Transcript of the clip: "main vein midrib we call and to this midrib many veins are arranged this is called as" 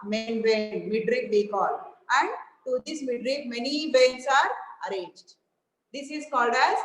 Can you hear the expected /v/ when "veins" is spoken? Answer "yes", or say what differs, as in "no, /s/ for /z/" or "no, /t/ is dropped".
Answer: no, /b/ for /v/